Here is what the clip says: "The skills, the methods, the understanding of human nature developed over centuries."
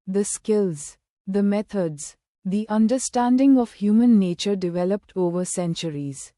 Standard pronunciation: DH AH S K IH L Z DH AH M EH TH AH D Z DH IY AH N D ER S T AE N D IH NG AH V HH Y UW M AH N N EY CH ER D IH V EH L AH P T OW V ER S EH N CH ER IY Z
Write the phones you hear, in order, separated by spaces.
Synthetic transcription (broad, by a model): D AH S K IH L Z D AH M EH T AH D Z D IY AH N D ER S T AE N D IH NG AH V HH Y UW M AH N N EY CH ER D IH V EH L AH P T OW V ER S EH N CH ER IY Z